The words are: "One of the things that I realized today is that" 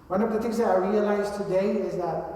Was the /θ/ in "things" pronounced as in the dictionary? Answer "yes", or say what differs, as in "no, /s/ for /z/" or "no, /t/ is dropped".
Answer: no, /t/ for /θ/